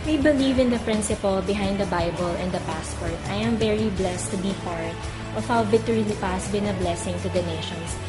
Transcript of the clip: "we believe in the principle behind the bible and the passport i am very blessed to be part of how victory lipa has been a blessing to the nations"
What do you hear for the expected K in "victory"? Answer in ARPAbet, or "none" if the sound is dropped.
none